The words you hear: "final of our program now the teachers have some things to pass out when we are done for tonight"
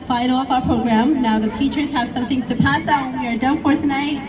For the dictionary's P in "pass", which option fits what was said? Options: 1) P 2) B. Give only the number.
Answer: 1